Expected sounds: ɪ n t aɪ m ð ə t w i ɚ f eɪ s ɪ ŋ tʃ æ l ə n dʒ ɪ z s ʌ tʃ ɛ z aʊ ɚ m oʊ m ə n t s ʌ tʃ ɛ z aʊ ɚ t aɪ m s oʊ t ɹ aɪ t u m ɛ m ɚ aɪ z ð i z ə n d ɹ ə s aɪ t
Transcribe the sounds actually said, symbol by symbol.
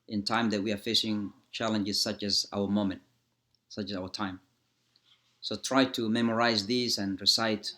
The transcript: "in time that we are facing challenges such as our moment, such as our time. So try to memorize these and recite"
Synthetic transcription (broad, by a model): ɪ n t aɪ m ð ə t w i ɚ f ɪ ʃ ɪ ŋ tʃ æ l ə n dʒ ɪ z s ʌ tʃ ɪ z aʊ ɚ m oʊ m ə n t s ʌ tʃ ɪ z aʊ ɚ t aɪ m s oʊ t ɹ aɪ t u m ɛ m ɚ aɪ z ð i z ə n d ɹ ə s aɪ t